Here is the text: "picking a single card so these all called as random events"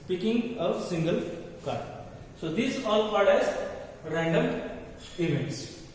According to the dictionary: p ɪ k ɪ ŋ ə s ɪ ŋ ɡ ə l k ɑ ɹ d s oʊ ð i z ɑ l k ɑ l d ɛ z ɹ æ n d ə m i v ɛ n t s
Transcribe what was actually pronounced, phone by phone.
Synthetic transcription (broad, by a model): p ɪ k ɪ ŋ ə s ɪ ŋ ɡ ə l k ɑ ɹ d s oʊ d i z ɑ l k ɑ d ɛ z ɹ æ n d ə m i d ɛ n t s